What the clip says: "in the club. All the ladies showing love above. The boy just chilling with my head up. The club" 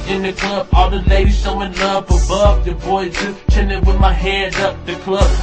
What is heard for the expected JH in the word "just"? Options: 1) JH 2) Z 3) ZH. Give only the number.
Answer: 2